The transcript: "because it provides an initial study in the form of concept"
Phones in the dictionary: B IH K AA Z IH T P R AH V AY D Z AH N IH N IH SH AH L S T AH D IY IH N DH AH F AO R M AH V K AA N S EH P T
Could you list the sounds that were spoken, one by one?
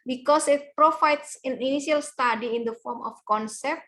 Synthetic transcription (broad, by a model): B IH K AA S IH T P R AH F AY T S AH N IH N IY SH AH L S T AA D IY IH N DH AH F AO R M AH F K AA N S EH P T